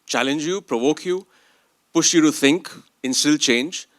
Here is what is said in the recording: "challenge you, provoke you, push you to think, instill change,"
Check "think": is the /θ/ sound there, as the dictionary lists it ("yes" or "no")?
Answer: yes